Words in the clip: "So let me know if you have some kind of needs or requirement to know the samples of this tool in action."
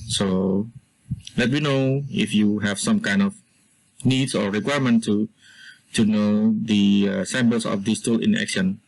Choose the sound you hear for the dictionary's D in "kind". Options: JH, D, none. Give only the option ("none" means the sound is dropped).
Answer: D